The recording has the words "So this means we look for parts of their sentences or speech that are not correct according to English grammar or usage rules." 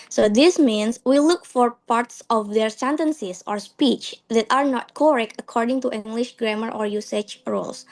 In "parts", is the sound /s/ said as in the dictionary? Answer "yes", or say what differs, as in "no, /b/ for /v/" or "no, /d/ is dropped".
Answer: yes